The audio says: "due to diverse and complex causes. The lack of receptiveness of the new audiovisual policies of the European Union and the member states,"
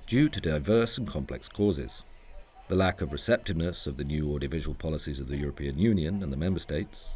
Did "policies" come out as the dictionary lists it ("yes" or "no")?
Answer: yes